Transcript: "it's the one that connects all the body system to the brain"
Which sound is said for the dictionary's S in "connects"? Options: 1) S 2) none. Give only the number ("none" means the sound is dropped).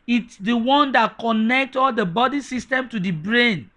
2